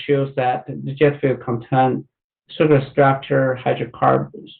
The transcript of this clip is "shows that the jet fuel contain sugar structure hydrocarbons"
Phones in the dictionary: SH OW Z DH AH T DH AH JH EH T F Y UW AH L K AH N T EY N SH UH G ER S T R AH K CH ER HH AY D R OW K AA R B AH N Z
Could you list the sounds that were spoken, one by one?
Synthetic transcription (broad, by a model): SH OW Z DH AH T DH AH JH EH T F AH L K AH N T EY N S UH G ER S T R AH K CH ER HH AY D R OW K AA R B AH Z